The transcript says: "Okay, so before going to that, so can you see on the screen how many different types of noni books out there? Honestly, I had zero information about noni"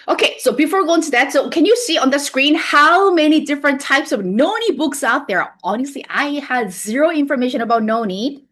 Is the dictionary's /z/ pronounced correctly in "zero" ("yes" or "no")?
yes